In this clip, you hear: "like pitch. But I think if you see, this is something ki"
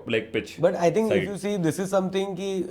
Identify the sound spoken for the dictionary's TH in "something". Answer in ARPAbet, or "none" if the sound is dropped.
T